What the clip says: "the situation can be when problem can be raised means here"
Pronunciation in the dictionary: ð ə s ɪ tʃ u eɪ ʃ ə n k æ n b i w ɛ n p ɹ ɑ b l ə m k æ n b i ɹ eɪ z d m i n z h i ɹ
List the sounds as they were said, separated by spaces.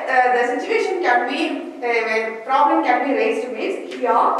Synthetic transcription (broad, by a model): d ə s ɪ tʃ u eɪ ʃ ə n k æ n b i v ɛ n p ɹ ɑ b l ə m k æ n b i ɹ eɪ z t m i z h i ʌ